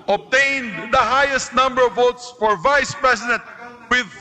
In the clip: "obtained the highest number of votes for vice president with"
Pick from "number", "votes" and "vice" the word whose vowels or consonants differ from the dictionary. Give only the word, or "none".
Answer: none